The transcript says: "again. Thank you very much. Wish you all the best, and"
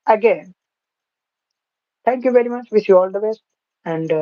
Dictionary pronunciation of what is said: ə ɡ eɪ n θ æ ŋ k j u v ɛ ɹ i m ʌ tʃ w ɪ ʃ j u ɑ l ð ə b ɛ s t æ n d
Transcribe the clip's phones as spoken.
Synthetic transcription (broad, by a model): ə ɡ eɪ n t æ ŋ k j u v ɛ ɹ i m ʌ tʃ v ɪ s j u ɑ l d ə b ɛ s t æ n d